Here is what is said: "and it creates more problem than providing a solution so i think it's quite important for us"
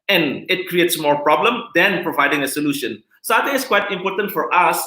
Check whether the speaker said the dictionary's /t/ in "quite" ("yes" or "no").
yes